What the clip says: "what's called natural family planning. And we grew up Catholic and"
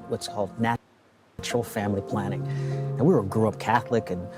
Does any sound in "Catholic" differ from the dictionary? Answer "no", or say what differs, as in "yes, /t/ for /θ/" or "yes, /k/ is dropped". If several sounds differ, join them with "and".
no